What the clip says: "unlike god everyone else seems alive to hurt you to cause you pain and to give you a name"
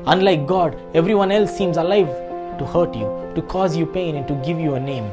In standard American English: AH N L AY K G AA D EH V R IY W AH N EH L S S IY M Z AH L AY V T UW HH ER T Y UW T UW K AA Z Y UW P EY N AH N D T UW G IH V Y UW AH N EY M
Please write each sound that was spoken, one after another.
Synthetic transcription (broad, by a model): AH N L AY K G AA D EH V R IY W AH N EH L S S IY M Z AH L AY V T UW HH ER T Y UW T UW K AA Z Y UW P EY N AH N T UW G IH V Y UW AH N EY M